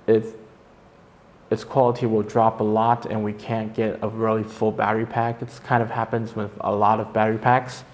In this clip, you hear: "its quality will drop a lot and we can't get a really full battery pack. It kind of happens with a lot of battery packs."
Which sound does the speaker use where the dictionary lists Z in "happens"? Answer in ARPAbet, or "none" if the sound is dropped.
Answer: Z